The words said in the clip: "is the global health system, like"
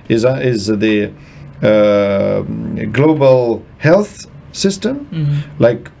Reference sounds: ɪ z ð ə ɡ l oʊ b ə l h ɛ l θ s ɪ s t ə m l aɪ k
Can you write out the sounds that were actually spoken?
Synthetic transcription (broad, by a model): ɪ z ð ə ɡ l oʊ b ə l h ɛ l θ s ɪ s t ə m l aɪ k